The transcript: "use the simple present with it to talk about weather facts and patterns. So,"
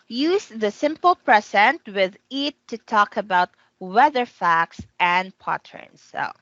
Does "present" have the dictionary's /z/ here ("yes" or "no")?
no